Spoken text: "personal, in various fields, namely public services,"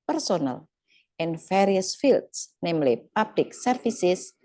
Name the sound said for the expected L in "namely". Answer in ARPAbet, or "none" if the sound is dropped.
L